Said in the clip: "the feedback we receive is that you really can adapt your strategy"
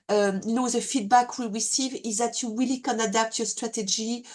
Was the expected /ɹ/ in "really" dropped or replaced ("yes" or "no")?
yes